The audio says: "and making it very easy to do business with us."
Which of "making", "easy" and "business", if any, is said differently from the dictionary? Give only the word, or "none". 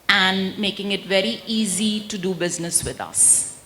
none